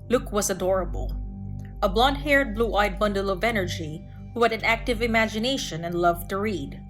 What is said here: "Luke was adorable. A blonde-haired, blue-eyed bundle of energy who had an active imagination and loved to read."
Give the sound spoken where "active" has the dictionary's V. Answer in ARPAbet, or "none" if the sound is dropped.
V